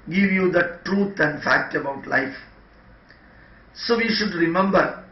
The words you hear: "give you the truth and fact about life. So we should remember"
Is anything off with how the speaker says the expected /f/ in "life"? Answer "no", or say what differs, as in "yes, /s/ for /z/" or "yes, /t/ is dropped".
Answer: no